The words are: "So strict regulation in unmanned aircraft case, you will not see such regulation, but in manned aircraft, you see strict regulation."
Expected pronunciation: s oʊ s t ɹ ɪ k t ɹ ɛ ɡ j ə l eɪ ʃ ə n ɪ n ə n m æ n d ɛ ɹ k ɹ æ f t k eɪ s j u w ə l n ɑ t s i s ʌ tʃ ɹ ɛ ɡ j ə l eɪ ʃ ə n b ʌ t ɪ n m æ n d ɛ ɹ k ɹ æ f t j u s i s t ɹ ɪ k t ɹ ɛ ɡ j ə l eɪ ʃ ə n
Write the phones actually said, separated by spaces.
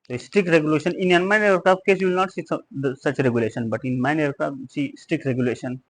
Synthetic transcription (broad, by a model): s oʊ s t ɹ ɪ k t ɹ ɛ ɡ j ə l eɪ ʃ ə n ɪ n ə n m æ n ɛ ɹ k ɑ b k eɪ s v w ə l n ɑ t s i s ʌ tʃ ɹ ɛ ɡ j ə l eɪ ʃ ə n b ʌ t ɪ n m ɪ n ɛ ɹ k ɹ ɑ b s i s t ɹ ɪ k t ɹ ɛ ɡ j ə l eɪ ʃ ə n